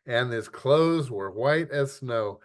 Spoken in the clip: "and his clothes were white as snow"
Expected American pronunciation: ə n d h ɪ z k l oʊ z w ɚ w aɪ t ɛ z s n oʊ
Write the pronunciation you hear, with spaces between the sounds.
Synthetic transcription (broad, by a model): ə n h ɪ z k l oʊ z w ɚ w aɪ t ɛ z s n oʊ